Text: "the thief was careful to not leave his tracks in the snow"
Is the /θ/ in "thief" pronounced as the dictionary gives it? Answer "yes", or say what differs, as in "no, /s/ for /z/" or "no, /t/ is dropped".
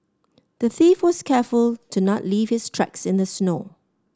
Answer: yes